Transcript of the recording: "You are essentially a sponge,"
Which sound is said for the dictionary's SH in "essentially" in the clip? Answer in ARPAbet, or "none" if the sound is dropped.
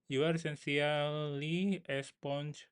S